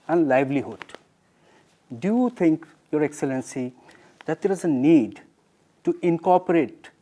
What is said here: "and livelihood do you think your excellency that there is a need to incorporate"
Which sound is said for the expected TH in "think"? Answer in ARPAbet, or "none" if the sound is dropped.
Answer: T